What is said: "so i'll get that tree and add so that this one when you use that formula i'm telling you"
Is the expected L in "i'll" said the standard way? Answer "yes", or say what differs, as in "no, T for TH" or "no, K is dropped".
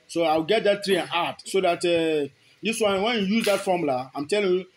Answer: no, W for L